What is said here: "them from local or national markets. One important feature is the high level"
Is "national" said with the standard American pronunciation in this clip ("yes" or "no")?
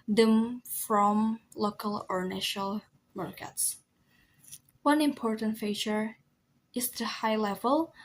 yes